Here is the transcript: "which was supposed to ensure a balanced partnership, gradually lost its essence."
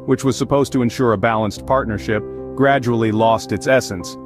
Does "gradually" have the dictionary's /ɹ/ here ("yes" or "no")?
yes